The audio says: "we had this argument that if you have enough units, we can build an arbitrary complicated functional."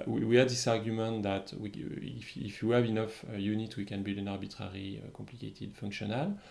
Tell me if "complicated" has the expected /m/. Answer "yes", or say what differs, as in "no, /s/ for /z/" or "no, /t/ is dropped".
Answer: yes